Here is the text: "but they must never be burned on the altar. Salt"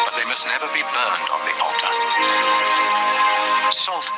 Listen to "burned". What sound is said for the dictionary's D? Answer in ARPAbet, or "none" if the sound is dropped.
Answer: D